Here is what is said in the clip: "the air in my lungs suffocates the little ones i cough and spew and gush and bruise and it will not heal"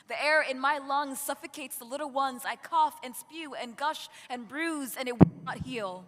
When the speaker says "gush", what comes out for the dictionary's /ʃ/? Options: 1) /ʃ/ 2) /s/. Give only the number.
1